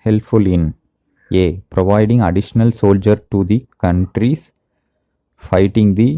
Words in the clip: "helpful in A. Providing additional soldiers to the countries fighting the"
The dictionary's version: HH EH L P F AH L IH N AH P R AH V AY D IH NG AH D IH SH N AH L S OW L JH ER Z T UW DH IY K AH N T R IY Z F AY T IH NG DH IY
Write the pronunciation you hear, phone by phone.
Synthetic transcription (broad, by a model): HH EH L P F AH L IH N AH P R AH V AY D IH NG AH D IH SH N AH L S OW L JH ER T UW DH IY K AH N T R IY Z F AY T IH NG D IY